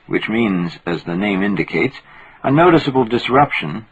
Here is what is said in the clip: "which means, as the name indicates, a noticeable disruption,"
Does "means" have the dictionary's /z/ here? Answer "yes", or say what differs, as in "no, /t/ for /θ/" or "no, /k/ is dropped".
yes